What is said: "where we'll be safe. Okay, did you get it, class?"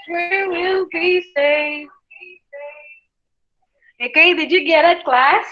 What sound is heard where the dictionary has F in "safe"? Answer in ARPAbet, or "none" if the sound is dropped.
none